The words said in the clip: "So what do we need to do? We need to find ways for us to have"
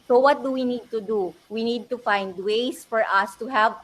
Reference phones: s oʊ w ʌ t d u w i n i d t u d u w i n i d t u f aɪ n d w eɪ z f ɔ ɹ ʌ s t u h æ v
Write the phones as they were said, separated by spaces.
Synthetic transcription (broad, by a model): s oʊ w ʌ t d u w i n i d t u d u w i n i d t u f aɪ n d w eɪ s f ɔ ɹ ʌ s t u h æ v